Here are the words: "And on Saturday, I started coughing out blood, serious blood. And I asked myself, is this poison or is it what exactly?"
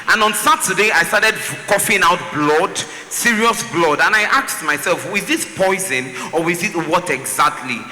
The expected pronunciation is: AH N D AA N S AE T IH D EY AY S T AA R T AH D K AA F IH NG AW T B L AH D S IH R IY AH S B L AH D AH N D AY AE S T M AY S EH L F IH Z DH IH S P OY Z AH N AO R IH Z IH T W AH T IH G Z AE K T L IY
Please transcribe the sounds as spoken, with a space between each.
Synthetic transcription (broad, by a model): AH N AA N S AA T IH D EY AY S T AA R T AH D K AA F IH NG AW T B L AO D S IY R IY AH S B L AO D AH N AY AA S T M AY S EH L F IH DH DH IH S P OY Z AH N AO W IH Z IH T W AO T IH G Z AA K T L IY